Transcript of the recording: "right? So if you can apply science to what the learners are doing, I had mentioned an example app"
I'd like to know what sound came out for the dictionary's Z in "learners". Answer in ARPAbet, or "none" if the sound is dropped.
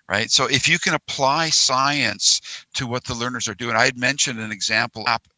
Z